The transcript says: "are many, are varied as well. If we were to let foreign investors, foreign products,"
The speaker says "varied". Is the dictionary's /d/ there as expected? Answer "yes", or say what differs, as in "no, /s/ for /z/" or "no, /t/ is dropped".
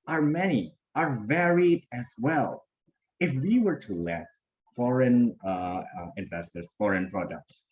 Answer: yes